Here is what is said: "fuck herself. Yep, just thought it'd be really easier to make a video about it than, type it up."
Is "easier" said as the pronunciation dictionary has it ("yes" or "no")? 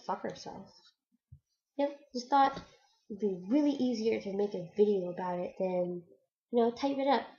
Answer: yes